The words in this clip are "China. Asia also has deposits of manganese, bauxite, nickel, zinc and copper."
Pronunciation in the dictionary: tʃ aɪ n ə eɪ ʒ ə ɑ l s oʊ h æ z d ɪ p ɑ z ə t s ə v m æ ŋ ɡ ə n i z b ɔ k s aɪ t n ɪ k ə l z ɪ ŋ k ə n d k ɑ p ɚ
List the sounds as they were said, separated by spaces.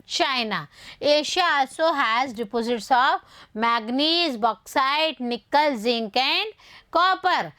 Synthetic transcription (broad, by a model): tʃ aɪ n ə eɪ ʃ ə ɑ l s oʊ h æ z d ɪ p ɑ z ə t s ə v m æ ɡ n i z b ɔ k s aɪ t n ɪ k ə l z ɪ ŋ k ə n d k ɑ p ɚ